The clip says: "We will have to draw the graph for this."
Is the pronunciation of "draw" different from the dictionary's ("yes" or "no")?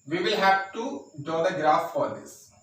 yes